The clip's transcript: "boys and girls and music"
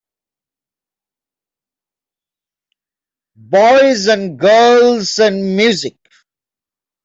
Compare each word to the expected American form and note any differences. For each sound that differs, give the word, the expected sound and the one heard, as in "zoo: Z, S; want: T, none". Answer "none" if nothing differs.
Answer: none